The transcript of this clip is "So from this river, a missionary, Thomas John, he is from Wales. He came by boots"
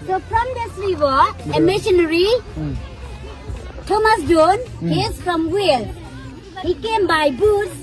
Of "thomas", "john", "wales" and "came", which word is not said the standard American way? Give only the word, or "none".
wales